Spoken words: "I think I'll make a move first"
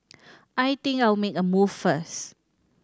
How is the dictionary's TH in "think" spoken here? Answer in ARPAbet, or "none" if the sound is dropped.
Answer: T